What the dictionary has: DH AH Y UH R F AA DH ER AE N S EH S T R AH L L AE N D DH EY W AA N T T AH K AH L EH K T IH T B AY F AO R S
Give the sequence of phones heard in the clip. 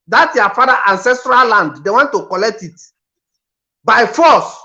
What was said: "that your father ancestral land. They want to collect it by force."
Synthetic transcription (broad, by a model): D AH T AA F AA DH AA AE N S EH S T R AH L L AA N D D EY W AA N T T AH K AH L EH K T IH T B AY F AO S